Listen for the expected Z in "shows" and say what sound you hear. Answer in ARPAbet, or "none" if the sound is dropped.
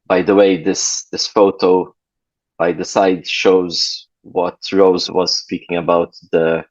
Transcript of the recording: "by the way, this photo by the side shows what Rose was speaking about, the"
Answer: Z